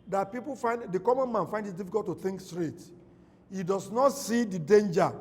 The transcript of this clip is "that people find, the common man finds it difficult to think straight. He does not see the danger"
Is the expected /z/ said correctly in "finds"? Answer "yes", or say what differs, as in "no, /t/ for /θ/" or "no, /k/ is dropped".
no, /z/ is dropped